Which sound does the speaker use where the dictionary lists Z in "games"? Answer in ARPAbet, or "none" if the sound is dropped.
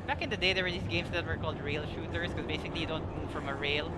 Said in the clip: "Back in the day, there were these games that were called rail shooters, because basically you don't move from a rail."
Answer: S